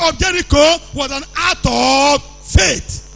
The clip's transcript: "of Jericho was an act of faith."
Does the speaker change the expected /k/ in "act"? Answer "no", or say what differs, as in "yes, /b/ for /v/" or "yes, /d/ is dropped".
yes, /k/ is dropped